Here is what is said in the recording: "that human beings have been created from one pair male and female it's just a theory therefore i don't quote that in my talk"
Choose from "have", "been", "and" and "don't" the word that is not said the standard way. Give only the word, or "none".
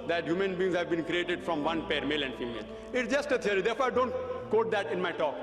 none